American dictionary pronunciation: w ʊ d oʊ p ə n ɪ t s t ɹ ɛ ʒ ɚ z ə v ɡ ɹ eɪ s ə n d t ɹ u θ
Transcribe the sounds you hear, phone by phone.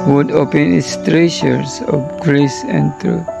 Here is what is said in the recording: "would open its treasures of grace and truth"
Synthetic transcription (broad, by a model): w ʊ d oʊ p ə n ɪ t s t ɹ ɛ ʃ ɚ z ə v ɡ ɹ eɪ s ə n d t ɹ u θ